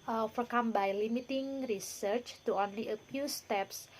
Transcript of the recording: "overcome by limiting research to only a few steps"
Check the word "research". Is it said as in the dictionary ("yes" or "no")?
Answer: yes